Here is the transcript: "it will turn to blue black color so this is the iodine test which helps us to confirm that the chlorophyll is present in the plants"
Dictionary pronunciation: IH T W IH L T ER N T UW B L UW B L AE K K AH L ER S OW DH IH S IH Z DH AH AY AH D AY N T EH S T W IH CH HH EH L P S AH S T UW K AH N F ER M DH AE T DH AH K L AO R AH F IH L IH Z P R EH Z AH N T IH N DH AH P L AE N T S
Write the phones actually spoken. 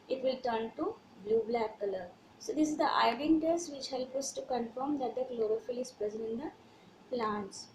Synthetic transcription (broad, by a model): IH T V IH L T ER N T UW B L UW B L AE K K AH L ER S OW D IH S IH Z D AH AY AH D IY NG T EH S T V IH CH HH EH L P AH S T UW K AH N F ER M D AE T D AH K L AO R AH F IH L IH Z P R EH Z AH N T IH N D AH P L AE N T S